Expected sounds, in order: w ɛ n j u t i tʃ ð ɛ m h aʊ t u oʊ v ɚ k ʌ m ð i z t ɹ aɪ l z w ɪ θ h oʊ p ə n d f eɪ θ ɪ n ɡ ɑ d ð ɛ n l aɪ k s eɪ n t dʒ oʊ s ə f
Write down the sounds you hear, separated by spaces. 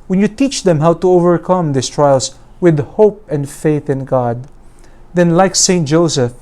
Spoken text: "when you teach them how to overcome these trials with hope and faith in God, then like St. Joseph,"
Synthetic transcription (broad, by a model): w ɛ n j u t i tʃ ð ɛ m h aʊ t u oʊ v ɚ k ʌ m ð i s t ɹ aɪ l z w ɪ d h oʊ p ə n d f eɪ θ ɪ n ɡ ɑ d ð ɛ n l aɪ k s eɪ n t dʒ oʊ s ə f